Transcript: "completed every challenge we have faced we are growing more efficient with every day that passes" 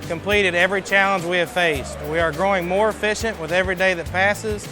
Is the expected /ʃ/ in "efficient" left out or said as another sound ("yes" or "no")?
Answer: no